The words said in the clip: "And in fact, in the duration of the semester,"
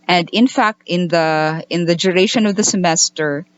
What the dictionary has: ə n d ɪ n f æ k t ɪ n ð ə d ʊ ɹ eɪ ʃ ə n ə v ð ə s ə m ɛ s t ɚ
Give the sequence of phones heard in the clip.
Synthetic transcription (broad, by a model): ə n d ɪ n f æ k t ɪ n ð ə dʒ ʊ ɹ eɪ ʃ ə n ə v ð ə s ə m ɛ s t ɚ